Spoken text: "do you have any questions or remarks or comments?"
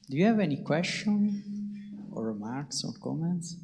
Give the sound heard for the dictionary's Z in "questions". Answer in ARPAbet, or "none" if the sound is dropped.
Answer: none